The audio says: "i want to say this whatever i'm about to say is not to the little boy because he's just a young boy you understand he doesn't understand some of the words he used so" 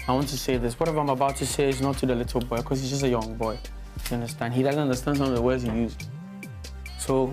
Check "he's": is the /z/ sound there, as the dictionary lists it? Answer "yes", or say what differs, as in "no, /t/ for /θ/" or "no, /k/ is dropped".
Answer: yes